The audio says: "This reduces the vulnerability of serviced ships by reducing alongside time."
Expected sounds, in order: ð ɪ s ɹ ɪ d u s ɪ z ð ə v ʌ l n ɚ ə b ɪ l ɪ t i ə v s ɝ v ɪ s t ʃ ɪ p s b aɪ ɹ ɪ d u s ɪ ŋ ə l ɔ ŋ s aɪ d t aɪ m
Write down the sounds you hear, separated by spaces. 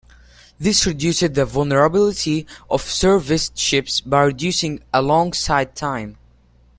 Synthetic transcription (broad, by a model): ð ɪ s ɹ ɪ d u s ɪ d ð ə v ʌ l n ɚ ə b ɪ l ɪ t i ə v s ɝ v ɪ s ʃ ɪ p s b aɪ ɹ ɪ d u s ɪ ŋ ə l ɔ ŋ s aɪ d t aɪ m